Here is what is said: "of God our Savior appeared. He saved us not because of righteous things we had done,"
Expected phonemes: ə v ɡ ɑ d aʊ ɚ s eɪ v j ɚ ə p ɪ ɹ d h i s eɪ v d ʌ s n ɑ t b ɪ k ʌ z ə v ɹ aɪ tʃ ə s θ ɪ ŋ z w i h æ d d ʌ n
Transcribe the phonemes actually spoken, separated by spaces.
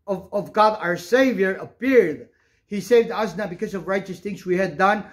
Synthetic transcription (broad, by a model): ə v ɡ ɑ d aʊ ɚ s eɪ v j ɚ ə p ɪ ɹ d h i s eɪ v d ʌ s n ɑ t b ɪ k ʌ z ə v ɹ aɪ tʃ ə s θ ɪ ŋ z w i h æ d d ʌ n